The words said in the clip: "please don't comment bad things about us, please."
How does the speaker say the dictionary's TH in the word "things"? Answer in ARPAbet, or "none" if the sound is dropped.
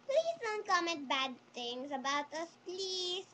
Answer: T